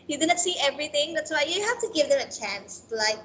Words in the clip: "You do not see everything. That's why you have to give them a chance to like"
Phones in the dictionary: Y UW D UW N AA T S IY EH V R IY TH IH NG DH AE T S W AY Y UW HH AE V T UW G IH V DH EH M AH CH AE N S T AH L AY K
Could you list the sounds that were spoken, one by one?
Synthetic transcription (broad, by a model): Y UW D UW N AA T S IY EH V R IY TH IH NG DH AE T S W AY Y UW HH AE F T UW G IH V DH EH M AH CH AE N S L AY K